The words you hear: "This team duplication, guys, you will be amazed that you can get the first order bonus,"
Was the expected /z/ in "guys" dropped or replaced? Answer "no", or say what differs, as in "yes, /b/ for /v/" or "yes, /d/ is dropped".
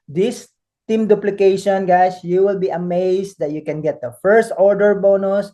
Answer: yes, /s/ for /z/